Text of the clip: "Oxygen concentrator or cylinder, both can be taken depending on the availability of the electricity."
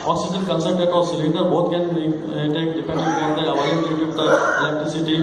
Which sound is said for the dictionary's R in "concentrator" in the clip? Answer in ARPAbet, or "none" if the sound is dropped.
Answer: none